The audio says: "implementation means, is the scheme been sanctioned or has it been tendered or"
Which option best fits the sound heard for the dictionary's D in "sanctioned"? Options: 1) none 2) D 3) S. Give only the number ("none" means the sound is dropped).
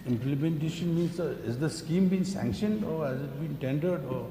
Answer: 2